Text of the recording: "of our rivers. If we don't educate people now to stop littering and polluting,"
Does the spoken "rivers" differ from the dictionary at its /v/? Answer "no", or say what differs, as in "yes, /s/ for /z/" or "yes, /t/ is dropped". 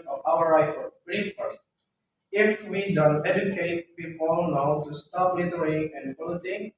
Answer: yes, /f/ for /v/